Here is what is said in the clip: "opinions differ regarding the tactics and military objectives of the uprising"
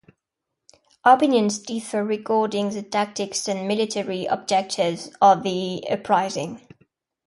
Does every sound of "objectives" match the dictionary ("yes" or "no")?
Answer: no